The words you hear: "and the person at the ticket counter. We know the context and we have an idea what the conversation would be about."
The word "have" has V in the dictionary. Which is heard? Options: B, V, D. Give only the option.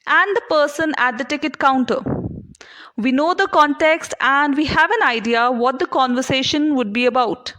V